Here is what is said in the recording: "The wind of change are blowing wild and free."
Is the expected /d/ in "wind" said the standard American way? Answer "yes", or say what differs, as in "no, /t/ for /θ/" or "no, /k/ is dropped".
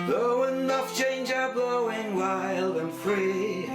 no, /d/ is dropped